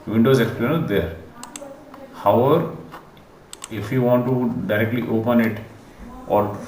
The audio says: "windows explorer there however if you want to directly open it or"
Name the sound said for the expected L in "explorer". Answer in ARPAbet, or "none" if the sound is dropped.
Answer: N